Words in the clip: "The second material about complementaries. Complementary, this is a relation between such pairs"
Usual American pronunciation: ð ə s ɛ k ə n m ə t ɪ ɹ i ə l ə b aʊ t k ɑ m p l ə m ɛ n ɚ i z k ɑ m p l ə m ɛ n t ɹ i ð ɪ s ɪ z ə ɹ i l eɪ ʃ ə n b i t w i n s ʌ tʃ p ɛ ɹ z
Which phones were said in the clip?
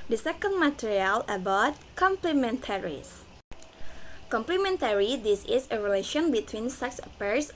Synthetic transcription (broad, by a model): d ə s ɛ k ə n m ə t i ɹ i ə l ə b aʊ t k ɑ m p l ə m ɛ n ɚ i s k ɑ m p l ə m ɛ n t ɹ i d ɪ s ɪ s ə ɹ i l eɪ ʃ ə n b i t w i n s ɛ s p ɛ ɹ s